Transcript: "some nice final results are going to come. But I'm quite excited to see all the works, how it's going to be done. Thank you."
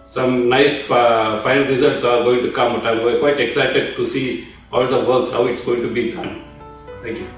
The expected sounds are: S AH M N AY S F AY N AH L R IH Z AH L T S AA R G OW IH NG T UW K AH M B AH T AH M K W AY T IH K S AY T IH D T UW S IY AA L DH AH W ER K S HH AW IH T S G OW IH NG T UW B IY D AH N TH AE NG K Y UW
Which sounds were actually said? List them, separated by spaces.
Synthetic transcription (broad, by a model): S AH M N AY S F AY N AH L R IH Z AH L T S AA R G OW IH NG T UW K AH M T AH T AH K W AY T IH K S AY T IH D T UW S IY AA L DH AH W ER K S HH AW IH T S G OW IH NG T UW B IY D AH N T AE NG K Y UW